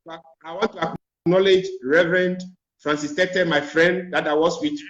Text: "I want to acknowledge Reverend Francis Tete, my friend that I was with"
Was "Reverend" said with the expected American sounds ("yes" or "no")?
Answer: yes